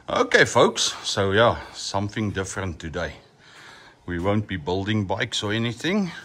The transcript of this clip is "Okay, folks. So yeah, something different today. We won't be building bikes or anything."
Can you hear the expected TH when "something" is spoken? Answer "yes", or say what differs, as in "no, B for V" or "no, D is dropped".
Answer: yes